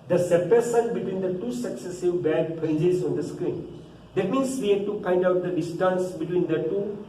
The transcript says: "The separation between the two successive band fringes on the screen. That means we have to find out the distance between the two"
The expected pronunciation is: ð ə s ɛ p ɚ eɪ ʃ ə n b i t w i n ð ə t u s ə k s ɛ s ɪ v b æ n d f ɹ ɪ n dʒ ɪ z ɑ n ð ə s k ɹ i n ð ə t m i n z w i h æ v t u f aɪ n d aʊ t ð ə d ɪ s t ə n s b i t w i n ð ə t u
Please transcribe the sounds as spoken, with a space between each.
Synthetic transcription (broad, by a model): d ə s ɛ p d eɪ s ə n b i t w i n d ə t u s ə k s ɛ s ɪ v b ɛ d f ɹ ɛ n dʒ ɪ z ɑ n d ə s k ɹ i n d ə t m i n s w i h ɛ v t u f aɪ n d aʊ t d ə d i s t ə n s b i t w i n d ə t u